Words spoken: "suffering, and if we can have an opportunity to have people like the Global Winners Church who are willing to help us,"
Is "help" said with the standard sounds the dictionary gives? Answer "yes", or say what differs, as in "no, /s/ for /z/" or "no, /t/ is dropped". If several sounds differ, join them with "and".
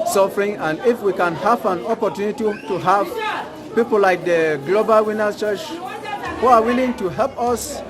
yes